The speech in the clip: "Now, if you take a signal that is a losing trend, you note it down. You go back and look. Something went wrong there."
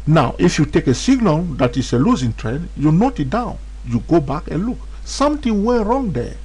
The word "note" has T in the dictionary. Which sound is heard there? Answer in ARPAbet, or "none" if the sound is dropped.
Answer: T